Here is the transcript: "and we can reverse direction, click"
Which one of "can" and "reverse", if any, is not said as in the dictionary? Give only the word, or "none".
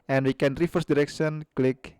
reverse